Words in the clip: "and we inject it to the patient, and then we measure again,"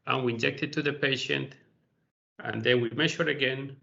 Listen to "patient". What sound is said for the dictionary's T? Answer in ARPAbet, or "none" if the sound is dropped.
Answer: T